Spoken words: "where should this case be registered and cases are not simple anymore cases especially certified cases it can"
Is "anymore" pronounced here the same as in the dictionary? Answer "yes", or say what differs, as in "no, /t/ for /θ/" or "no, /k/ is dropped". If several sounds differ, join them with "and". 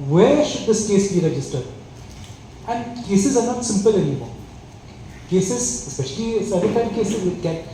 no, /l/ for /n/ and /l/ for /ɹ/